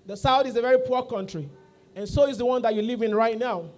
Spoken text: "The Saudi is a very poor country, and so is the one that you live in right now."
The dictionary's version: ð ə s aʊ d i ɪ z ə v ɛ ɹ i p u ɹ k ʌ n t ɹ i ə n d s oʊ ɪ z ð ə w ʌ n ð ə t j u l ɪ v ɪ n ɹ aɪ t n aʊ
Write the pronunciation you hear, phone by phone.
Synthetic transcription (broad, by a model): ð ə s aʊ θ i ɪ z ə v ɛ ɹ i p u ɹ k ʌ n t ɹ i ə n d s oʊ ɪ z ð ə w ʌ n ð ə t j u l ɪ v ɪ n ɹ aɪ t n aʊ